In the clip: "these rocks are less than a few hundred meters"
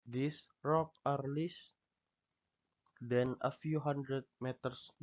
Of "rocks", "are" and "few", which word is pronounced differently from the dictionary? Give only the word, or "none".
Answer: rocks